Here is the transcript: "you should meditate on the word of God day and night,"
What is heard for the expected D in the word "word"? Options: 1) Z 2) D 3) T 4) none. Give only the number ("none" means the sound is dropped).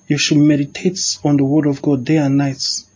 2